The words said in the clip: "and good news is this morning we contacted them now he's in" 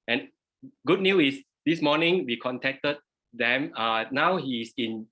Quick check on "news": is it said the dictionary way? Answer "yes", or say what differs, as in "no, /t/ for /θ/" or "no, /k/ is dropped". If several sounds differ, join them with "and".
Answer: no, /z/ is dropped